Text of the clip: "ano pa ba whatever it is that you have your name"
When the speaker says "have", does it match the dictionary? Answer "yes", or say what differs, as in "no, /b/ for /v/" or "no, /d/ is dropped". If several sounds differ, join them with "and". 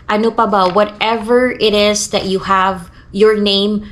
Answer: yes